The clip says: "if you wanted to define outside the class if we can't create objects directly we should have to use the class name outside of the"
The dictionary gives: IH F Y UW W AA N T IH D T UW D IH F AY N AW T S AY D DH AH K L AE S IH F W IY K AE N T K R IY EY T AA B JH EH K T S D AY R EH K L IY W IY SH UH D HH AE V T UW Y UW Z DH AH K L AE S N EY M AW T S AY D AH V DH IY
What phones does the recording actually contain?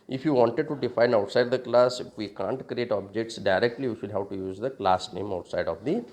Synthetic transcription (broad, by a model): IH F Y UW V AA N T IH D T UW D IH F AY N AW T S AY D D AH K L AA S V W IY K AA N T K R IY EY T AA B JH EH K T S D AY R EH K L IY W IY SH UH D HH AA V T UW Y UW Z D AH K L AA S N EY M AW T S AY D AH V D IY